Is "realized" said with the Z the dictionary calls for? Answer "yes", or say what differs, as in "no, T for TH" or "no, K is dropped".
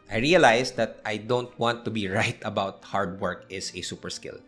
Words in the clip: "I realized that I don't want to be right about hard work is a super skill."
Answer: no, S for Z